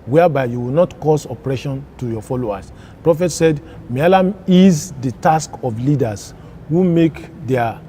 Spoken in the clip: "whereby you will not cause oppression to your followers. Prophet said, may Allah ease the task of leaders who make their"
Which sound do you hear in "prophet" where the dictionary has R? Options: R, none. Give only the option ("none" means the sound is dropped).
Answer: R